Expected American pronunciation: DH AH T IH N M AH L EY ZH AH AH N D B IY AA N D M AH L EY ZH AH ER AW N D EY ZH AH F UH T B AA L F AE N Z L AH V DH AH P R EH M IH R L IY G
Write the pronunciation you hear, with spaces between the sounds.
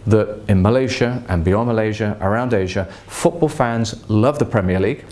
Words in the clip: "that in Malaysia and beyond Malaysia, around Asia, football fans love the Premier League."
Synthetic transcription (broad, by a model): DH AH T IH N M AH L EY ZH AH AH N B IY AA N M AH L EY ZH AH ER AW N D EY ZH AH F UH T B AA L F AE N Z L AH V DH AH P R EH M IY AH L IY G